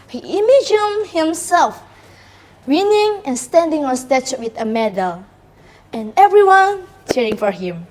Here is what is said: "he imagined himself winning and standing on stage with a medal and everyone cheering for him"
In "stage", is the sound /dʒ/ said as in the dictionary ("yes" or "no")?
no